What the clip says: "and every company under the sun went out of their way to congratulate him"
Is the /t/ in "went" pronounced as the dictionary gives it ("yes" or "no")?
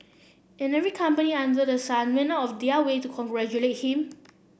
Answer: no